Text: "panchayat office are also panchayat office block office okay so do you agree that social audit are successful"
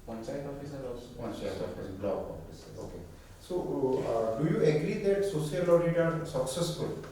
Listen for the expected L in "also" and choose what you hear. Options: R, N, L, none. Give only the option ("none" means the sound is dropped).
none